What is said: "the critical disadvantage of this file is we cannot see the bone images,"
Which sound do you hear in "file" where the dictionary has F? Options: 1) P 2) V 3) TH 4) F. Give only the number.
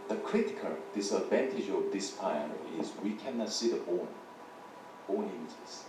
1